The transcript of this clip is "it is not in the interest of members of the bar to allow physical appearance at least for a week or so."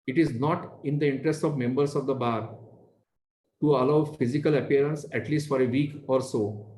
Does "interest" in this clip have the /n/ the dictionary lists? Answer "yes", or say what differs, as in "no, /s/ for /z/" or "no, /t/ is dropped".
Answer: yes